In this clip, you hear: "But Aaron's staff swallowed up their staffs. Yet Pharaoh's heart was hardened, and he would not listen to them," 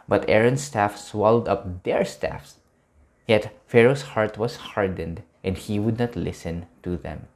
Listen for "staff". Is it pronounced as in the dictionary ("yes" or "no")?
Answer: yes